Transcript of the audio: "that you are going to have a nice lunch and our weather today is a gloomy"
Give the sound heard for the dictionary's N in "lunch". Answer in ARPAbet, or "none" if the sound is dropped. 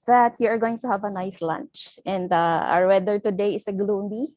N